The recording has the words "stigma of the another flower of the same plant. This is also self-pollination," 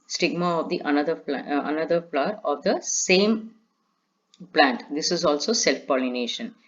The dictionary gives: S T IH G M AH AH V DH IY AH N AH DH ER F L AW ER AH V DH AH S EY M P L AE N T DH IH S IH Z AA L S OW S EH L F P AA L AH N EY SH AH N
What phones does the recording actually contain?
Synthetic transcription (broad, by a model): S T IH G M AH AH V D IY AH N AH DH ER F N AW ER AH V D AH S EY M P L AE N T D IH S IH Z AA L S OW S EH L F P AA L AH N EY SH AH N